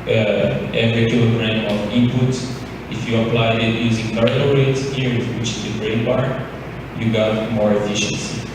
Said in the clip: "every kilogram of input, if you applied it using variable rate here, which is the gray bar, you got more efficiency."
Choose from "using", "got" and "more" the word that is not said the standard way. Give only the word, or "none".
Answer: none